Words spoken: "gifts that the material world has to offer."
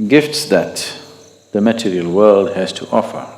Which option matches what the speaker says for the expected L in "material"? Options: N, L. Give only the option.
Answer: L